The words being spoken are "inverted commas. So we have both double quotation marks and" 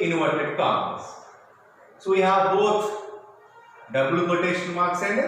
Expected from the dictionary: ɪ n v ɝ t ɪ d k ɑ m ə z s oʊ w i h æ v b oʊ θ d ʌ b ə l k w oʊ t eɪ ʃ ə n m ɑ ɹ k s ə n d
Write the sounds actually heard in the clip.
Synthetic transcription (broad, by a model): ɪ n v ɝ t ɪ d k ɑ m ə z s oʊ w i h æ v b oʊ t d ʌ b l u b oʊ t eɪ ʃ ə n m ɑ ɹ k s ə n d